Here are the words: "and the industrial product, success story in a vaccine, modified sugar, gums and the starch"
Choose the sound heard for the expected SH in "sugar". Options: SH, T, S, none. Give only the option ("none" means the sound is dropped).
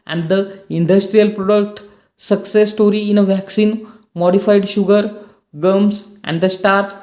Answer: SH